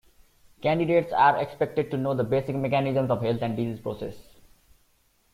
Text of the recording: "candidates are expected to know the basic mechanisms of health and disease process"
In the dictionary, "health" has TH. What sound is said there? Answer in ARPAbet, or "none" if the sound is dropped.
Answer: T